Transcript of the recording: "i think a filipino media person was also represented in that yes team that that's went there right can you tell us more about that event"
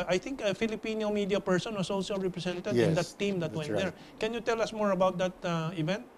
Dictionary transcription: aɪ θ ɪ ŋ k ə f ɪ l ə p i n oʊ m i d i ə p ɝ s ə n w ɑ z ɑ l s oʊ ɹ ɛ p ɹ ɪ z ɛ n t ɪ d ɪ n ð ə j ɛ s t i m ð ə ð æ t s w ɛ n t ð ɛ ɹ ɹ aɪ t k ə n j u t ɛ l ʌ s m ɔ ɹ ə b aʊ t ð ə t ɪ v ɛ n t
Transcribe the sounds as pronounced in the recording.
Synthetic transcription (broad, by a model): aɪ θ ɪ ŋ k ə f ɪ l ə p i n oʊ m i d i ə p ɝ s ə n w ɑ s ɑ l s oʊ ɹ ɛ p ɹ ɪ s ɛ n t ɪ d ɪ n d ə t t i m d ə t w ɛ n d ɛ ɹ ɹ k ə n j u t ɛ l ʌ s m ɔ ɹ ə b aʊ t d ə t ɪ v ɛ n t